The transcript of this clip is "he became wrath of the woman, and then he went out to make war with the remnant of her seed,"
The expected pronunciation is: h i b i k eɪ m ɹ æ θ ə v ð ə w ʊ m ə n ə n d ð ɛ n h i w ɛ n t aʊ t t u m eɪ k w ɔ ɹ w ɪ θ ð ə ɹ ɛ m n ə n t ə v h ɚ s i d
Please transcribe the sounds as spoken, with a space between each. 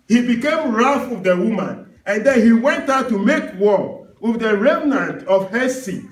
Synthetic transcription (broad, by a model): h i b i k eɪ m ɹ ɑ f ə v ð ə w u m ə n ə n d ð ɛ n h i w ɛ n t aʊ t t u m eɪ k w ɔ w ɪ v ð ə ɹ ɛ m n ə n t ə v h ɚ s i